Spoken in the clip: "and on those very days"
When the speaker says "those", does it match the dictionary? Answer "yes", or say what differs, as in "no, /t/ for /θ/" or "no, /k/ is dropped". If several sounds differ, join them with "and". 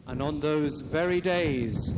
yes